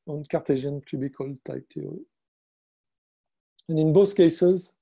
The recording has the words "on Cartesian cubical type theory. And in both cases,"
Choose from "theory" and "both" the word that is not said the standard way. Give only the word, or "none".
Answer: theory